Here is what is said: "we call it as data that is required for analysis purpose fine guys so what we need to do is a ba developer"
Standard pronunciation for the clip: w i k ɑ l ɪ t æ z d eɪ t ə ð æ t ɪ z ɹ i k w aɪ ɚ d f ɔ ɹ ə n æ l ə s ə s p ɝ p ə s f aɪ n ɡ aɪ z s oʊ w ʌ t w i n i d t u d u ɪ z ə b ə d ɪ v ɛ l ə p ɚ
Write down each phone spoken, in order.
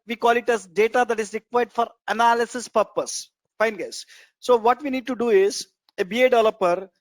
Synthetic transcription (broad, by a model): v i k ɑ l ɪ t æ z d eɪ t ə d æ t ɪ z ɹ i k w aɪ d f ɔ ɹ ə n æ l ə s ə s p ɝ p ə s f aɪ n ɡ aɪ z s oʊ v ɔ t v i n i d t u d u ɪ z ə b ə d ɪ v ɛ l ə p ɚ